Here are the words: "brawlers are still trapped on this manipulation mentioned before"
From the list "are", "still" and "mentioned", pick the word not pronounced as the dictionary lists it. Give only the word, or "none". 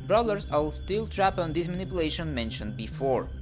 are